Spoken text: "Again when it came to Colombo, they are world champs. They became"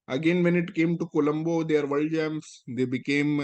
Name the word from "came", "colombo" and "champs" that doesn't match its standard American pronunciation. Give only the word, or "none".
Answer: champs